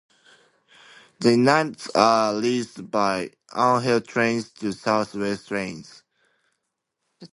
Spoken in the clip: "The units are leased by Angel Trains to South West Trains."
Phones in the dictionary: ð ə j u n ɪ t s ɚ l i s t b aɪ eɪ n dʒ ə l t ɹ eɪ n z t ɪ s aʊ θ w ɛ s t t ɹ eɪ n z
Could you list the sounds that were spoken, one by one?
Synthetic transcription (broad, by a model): ð ə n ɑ ɪ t s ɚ l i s b aɪ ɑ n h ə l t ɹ eɪ n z t ɪ s aʊ θ w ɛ s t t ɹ eɪ n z